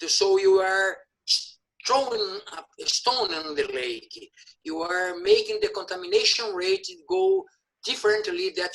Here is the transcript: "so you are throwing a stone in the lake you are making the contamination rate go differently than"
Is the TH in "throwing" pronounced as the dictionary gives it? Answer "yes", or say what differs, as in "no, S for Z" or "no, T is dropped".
no, T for TH